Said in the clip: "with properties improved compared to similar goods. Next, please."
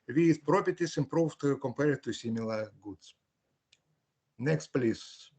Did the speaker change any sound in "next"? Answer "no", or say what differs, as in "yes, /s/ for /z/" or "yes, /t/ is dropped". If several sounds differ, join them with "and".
no